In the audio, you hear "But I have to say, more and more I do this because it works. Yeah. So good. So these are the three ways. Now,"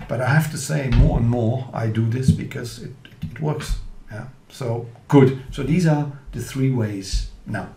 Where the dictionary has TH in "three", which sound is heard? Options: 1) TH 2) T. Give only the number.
1